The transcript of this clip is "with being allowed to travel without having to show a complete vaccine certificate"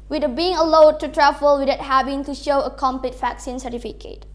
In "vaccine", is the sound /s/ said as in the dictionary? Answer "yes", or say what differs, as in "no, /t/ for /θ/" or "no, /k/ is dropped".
yes